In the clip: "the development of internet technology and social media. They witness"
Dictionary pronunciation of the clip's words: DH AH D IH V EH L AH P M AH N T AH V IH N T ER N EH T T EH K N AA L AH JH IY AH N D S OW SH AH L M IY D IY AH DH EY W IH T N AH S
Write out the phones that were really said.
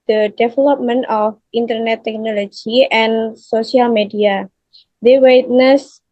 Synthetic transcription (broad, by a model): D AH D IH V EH L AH P M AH N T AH F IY N T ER N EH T T EH K N AA L AH JH IY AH N S OW S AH L M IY D IY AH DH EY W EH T N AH S